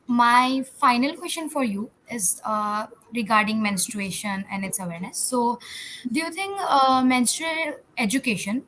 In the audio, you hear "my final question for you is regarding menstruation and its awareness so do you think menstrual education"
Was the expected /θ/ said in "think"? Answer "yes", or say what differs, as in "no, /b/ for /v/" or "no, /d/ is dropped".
no, /t/ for /θ/